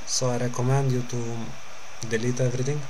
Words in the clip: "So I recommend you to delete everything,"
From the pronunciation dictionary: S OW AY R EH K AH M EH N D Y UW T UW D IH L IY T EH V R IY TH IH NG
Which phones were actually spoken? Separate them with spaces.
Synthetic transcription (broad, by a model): S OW AY R EH K AH M EH N D Y UW T UW D IH L IY T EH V R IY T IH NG